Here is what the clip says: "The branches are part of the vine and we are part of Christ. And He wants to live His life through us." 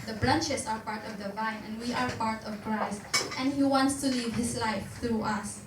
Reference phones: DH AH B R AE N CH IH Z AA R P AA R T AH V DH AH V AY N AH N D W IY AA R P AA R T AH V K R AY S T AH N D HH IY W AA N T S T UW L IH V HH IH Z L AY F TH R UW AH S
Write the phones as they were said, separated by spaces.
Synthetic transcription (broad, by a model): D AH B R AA N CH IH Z AA R P AA R T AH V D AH V AY N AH N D W IY AA R P AA R T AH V K R AY S T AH N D HH IY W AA N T S T UW L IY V HH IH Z L AY F T R UW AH S